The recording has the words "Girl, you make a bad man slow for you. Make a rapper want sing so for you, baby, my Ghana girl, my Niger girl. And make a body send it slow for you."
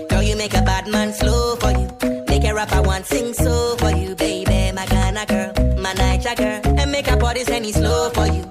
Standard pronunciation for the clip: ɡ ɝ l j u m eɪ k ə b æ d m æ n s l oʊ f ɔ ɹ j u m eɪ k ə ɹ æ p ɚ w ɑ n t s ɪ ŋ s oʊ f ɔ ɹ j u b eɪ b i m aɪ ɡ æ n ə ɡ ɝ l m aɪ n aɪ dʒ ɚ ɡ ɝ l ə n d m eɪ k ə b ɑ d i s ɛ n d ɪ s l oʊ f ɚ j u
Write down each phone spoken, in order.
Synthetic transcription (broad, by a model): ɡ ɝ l j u m eɪ k ə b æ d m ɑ n s l oʊ f ɔ ɹ j u m eɪ k ə ɹ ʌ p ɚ w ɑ n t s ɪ ŋ s oʊ f ɔ ɹ j u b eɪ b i m aɪ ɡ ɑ n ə ɡ ɝ l m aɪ n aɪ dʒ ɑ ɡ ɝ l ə n m eɪ k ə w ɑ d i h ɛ n ɪ s l oʊ f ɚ j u